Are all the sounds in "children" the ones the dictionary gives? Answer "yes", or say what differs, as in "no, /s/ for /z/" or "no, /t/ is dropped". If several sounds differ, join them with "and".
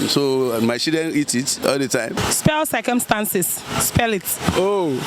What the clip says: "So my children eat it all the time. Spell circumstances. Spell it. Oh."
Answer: no, /l/ is dropped